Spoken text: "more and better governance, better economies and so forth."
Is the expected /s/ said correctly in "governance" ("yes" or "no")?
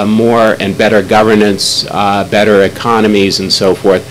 yes